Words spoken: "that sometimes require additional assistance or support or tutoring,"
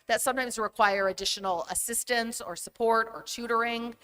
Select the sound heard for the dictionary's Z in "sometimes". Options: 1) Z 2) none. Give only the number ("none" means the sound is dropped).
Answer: 1